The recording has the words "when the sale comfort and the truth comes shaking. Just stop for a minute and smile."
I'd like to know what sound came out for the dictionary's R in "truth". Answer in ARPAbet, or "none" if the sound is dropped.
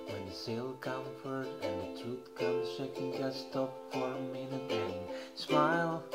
none